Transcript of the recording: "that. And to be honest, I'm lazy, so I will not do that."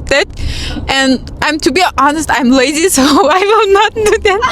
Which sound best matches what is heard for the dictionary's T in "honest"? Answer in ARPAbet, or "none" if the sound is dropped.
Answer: T